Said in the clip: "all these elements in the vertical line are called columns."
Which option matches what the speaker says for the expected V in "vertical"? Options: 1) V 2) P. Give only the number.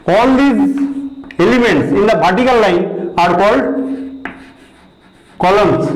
2